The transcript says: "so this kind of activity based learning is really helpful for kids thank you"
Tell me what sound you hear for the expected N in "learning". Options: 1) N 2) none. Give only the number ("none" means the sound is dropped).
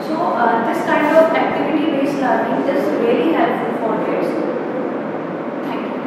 2